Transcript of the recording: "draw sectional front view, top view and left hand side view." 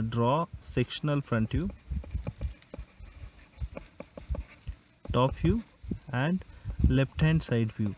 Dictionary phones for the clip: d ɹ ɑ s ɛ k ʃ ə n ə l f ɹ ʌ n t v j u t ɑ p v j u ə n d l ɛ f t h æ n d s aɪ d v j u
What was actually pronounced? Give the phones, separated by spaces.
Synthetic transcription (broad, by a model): d ɹ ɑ s ɛ k ʃ ə n ə l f ɹ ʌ n t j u t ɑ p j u ə n d l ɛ p t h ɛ n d s aɪ d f j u